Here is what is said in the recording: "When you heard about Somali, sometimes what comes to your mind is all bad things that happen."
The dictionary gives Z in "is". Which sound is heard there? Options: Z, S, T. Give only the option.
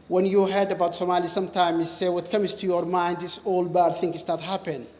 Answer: S